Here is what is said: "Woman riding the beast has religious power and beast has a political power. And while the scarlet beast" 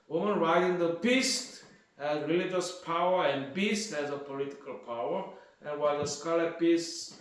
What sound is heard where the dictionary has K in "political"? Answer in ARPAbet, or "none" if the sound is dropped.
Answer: K